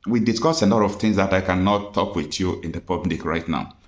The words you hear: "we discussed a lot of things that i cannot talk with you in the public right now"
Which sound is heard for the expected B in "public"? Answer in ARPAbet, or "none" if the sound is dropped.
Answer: B